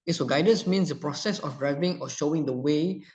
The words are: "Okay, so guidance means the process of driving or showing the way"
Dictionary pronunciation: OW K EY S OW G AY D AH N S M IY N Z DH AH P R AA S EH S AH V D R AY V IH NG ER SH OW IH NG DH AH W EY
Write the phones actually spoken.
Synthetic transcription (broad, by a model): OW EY S OW G AY D AH N S M IY N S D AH P R AA S EH S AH F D R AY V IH NG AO SH OW IH NG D AH W EY